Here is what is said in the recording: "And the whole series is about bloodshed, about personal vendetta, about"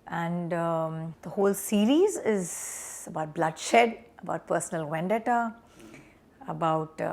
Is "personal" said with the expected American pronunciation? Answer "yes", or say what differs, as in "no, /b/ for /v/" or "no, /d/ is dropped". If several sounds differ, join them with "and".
yes